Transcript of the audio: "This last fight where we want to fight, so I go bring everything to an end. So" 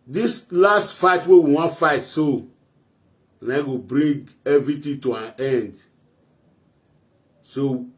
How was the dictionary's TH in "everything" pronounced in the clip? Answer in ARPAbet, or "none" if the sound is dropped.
T